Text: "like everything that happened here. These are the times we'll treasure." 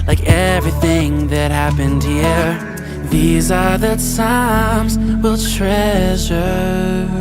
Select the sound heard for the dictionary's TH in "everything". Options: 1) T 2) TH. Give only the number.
2